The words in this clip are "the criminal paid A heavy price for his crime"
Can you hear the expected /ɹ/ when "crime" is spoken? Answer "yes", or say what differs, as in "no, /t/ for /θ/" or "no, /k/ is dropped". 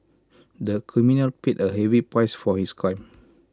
no, /ɹ/ is dropped